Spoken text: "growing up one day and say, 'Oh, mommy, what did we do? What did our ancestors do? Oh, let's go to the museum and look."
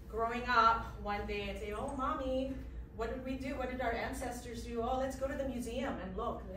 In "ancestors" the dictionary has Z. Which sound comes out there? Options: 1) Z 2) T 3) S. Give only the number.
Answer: 1